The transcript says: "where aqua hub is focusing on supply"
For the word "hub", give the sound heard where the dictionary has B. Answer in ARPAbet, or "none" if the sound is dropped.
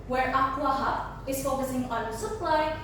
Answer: none